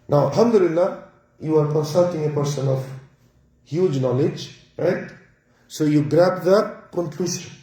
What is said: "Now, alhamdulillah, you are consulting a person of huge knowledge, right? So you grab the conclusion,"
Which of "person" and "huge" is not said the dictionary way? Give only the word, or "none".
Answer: none